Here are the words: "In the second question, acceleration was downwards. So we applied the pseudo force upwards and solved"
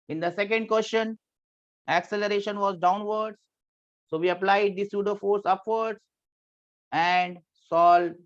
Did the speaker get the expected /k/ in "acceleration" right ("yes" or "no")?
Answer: yes